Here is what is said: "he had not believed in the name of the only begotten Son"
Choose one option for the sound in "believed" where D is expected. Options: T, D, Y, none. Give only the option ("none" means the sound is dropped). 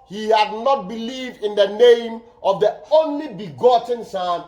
D